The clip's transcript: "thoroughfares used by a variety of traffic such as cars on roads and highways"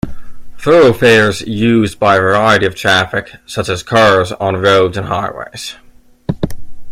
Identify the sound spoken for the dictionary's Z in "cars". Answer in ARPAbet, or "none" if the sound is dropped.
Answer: Z